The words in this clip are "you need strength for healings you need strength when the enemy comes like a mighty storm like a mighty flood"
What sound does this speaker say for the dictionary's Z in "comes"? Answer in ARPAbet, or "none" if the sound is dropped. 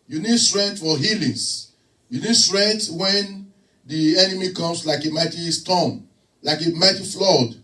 S